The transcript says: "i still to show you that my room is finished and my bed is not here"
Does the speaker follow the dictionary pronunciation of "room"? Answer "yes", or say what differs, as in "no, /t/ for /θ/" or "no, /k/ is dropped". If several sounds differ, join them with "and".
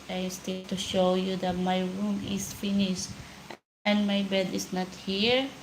yes